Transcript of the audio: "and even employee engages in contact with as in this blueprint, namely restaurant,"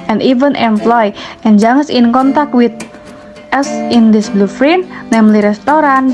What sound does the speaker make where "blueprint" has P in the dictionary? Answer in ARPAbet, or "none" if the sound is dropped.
F